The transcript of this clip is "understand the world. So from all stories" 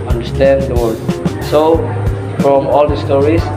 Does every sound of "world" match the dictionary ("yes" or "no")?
no